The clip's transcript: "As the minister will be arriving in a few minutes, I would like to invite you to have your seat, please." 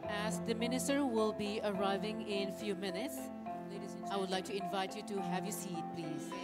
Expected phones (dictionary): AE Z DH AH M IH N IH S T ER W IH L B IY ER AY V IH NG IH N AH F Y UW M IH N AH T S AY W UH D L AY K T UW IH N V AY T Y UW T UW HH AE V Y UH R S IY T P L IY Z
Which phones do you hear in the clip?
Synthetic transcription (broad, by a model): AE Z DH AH M IH N IH S T ER W IH L B IY ER AY V IH NG IH N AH F Y UW M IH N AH T S AY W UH D L AY K T UW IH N V AY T Y UW T UW HH AE V Y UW S IY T P L IY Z